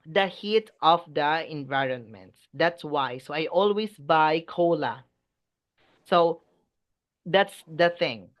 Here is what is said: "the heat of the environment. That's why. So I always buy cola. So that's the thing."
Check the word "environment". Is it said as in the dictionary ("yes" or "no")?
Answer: yes